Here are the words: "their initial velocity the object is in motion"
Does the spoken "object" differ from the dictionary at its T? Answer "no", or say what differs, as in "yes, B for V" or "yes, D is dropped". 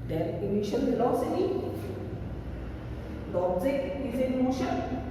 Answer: yes, T is dropped